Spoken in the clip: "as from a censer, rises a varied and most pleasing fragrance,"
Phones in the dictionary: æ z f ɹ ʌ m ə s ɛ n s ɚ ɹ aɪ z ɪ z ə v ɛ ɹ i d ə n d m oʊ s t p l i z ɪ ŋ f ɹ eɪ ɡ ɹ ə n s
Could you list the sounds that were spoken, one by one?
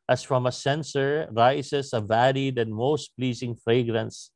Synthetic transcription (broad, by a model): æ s f ɹ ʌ m ə s ɛ n s ɚ ɹ aɪ s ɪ s ə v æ l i d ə n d m oʊ s t p l i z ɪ ŋ f ɹ eɪ ɡ ɹ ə n s